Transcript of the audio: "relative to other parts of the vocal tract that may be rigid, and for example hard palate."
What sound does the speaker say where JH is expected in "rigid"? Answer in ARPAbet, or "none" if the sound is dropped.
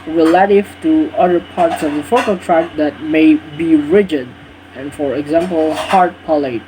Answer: JH